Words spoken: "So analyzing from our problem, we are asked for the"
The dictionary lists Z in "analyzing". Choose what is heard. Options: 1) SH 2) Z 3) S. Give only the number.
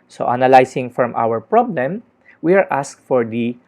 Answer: 3